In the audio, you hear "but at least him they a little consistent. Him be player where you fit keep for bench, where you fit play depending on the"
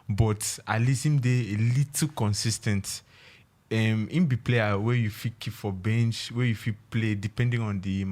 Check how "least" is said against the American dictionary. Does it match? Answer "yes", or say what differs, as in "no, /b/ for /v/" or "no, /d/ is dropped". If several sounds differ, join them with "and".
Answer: no, /t/ is dropped